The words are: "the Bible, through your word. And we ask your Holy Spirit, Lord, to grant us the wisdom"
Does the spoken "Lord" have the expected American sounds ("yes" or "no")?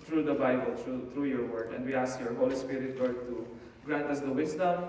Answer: no